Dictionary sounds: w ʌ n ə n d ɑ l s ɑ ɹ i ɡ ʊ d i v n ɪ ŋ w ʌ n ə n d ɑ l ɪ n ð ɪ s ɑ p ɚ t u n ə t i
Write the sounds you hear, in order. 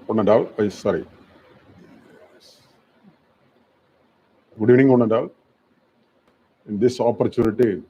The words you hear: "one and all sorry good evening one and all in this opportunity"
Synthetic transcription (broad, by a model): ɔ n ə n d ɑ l s ɑ ɹ i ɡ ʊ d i n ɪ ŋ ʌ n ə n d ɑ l ɪ n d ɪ s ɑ p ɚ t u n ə t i